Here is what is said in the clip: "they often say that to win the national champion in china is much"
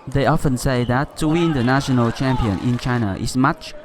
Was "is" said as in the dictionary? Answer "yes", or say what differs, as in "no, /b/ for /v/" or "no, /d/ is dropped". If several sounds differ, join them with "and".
no, /s/ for /z/